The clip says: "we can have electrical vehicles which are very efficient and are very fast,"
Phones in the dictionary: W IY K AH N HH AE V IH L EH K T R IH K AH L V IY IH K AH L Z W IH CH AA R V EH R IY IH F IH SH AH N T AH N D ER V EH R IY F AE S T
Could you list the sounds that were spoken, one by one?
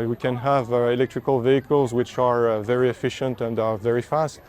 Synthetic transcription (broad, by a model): W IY K AH N HH AE V IH L EH K T R IH K AH L V IY IH K AH L Z W IH CH AA R V EH R IY IH F IH SH AH N T AH N D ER V EH R IY F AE S T